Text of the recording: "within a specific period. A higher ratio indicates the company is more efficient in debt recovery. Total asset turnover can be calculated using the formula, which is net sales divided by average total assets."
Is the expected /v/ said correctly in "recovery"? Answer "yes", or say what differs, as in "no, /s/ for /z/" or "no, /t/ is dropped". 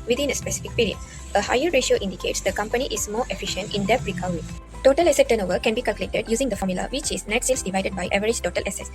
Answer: no, /v/ is dropped